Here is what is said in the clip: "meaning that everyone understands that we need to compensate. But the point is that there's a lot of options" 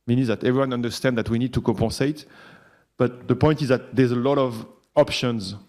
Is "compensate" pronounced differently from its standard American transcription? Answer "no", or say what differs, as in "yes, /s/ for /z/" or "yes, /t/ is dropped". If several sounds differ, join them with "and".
yes, /n/ is dropped